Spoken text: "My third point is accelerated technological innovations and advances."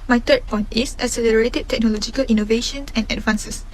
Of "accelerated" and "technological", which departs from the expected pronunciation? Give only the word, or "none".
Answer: accelerated